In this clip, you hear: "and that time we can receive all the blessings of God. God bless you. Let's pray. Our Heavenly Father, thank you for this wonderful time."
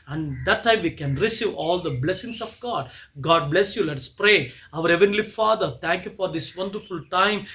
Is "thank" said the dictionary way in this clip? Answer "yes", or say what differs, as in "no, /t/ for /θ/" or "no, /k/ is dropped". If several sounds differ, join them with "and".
no, /t/ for /θ/